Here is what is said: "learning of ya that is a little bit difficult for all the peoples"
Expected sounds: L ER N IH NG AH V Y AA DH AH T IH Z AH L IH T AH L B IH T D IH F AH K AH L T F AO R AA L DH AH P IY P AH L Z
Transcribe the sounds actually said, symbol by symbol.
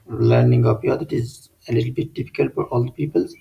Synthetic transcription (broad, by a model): L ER N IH NG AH P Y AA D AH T IH Z AH L IH T AH L B IH T D IH F AH K AH L T F AO R AA L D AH P IY P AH L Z